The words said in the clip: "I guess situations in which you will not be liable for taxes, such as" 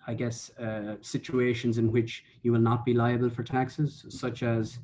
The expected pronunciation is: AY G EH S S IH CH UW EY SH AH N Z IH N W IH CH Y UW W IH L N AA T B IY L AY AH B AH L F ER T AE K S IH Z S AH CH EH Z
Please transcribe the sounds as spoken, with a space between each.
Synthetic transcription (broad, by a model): AY G EH S S IH CH UW EY SH AH N Z IH N W IH CH Y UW W IH L N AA T B IY L AY AH B AH L F ER T AE K S IH Z S AH CH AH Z